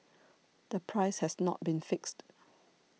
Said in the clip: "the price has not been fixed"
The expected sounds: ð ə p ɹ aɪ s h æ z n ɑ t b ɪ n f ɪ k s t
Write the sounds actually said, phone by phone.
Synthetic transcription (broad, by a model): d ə p ɹ aɪ s h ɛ s n ɑ t b ɪ n f ɪ k s t